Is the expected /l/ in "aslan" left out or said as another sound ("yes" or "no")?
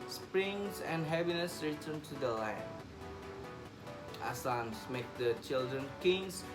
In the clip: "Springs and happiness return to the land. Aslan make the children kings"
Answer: yes